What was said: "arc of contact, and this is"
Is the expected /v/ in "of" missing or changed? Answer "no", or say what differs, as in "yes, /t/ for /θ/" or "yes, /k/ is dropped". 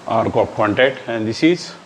yes, /p/ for /v/